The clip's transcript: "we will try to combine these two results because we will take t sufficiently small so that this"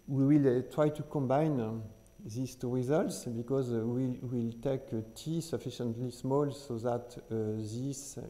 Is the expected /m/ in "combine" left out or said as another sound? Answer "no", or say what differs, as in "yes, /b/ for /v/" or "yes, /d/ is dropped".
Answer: no